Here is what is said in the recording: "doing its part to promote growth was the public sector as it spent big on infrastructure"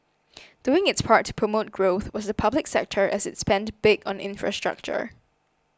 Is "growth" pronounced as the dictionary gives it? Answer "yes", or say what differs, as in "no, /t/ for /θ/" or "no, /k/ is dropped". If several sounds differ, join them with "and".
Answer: yes